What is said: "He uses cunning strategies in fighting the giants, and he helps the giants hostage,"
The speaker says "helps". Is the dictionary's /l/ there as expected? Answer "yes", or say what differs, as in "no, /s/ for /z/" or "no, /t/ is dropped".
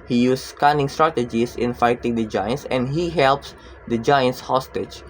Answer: yes